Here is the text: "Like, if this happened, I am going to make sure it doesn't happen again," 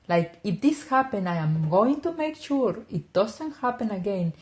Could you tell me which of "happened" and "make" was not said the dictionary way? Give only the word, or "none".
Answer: happened